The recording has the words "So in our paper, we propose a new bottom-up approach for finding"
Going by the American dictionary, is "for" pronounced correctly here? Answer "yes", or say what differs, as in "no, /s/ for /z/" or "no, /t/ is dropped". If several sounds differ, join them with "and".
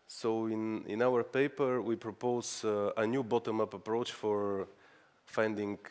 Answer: yes